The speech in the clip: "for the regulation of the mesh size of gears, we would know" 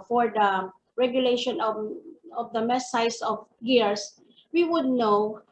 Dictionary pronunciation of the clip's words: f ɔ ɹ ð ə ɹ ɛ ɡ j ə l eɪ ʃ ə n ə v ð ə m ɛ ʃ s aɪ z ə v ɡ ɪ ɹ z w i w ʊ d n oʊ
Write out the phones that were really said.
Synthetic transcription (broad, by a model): f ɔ ɹ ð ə ɹ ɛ ɡ j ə l eɪ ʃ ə n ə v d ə m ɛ s aɪ s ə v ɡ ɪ ɹ s w i w ʊ d n oʊ